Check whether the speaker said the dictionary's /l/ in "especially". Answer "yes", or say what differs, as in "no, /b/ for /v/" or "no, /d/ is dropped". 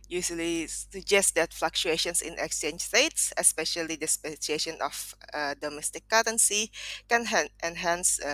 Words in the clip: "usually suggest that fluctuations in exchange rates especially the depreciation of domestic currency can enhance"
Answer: no, /l/ is dropped